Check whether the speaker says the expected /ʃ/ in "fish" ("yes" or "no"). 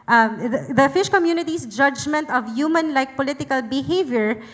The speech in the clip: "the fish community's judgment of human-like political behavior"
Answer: yes